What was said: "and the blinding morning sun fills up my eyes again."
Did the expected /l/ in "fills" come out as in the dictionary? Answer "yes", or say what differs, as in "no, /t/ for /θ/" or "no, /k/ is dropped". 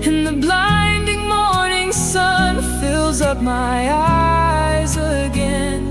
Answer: yes